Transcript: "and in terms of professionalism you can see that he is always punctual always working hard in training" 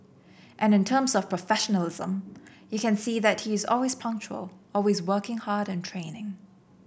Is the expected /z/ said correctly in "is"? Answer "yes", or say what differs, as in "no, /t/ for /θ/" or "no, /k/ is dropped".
yes